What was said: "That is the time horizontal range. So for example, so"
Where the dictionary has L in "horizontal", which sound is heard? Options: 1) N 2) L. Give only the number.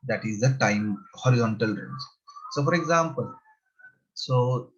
2